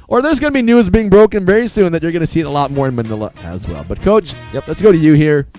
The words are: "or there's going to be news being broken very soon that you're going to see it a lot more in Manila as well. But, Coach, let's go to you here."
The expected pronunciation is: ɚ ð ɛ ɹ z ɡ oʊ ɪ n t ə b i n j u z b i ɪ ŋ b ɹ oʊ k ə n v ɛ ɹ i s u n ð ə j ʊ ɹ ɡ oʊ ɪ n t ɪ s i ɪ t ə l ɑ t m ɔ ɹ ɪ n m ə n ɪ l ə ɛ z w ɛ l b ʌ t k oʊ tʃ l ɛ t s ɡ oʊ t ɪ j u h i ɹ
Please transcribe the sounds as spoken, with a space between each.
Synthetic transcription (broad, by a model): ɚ ð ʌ ɹ z ɡ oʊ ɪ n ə b i n j u z b i ɪ ŋ b ɹ oʊ k ə n v ɛ ɹ i s u n ð ə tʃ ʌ ɹ ɡ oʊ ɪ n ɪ s i ɪ t ə l ɑ t m ɔ ɹ ɪ n m ə n ɪ l ə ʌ z w ɛ l b ʌ t k oʊ tʃ l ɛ t s ɡ oʊ t ɪ j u h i ɹ